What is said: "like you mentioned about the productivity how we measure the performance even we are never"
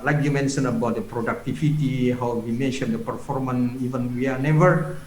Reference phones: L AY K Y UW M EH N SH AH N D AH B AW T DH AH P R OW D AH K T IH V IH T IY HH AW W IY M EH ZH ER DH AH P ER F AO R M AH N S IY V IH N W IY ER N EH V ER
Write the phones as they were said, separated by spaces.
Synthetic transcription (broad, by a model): L AY K Y UW M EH N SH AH N AH B AW T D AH P R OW D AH K T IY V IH T IY HH AW W IY M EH SH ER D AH P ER F AO R M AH N IY V IH N W IY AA N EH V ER